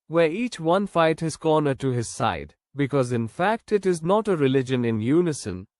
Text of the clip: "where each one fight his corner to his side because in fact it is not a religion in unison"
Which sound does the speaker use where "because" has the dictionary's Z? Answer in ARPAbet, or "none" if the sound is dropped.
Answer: Z